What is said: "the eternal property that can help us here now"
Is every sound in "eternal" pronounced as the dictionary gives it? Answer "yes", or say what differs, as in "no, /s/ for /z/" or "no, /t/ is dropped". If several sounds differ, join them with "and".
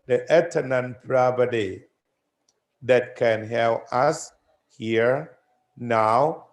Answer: no, /n/ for /l/